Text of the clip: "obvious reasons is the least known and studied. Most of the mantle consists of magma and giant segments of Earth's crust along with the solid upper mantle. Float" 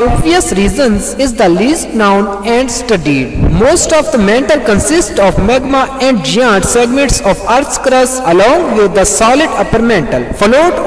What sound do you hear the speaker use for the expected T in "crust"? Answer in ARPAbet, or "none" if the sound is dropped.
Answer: none